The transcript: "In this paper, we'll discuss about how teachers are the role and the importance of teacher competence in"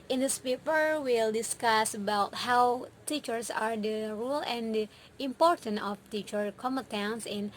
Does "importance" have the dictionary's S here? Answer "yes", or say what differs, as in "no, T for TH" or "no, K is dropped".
no, S is dropped